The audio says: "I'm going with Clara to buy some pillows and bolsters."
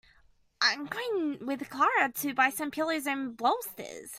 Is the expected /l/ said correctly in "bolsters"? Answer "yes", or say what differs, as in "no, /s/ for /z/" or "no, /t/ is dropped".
no, /l/ is dropped